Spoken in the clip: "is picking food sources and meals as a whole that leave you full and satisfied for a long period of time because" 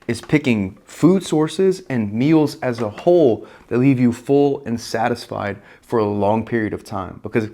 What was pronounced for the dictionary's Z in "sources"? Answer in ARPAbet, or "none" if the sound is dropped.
Z